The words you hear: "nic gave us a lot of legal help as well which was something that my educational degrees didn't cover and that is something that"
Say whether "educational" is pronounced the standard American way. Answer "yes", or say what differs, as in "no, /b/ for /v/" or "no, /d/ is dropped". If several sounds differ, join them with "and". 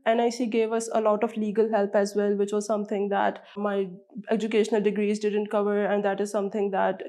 yes